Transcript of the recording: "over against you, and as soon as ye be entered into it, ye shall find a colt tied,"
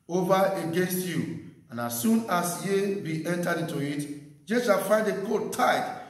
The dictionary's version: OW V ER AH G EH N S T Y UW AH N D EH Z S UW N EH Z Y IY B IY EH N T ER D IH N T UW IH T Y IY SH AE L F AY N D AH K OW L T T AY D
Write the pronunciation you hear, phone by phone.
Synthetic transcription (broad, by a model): OW V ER AH G EH N S T Y UW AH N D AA S UW N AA S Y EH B IY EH N T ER D IH N T UW IH T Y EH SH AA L F AY N D AH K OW T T AY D